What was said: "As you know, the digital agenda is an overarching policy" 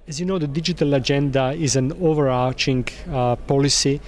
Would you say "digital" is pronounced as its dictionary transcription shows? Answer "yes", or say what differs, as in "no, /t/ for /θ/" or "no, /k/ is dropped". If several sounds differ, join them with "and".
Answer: yes